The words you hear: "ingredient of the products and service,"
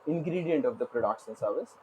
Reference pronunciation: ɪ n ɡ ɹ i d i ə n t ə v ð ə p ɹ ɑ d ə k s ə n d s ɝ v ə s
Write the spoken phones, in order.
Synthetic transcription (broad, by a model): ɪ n ɡ ɹ i d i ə n t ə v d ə p ɹ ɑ d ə k ʃ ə n s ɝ v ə s